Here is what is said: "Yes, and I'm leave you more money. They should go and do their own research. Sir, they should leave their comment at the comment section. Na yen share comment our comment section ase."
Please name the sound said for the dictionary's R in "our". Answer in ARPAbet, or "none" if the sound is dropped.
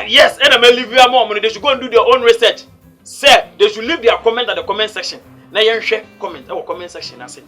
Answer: W